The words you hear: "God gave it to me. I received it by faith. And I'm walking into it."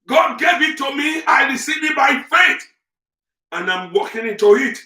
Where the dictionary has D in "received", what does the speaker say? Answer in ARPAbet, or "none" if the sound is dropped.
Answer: none